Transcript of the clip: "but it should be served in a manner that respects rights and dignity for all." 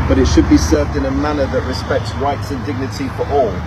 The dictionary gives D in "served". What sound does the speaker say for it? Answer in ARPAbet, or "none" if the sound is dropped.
D